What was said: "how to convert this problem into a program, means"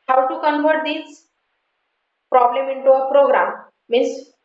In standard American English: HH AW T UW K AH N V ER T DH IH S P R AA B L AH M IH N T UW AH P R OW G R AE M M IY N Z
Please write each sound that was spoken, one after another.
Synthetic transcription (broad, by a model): HH AW T UW K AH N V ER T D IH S P R AA B L AH M IH N T UW AH P R OW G R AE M M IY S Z